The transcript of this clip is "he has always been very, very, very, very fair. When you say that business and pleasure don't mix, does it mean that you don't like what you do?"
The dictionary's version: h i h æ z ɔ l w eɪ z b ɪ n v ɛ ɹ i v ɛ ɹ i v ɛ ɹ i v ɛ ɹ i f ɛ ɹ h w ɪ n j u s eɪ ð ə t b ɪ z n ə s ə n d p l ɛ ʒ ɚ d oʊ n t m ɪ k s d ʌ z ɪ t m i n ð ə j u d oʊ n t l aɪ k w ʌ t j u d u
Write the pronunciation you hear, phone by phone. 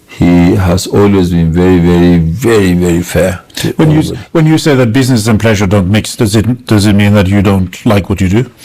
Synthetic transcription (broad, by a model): h i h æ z ɔ l w eɪ z b ɪ n v ɛ ɹ i v ɛ ɹ i v ɛ ɹ i v ɛ ɹ i f ɛ ɹ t w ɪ n j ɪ s eɪ ð ə t b ɪ z n ə s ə n p l ɛ ʒ ɚ d oʊ n t m ɪ k s d ʌ z ɪ t m i n ð ə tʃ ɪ d oʊ n t l aɪ k w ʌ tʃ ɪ d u